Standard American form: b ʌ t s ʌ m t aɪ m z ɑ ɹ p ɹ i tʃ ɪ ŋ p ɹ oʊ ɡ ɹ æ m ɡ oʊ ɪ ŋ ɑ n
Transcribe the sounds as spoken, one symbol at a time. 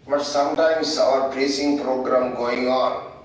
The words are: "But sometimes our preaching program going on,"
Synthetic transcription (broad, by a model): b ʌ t s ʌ m t aɪ m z ɑ ɹ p ɹ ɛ s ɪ ŋ p ɹ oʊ ɡ ɹ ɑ m ɡ oʊ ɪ ŋ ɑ n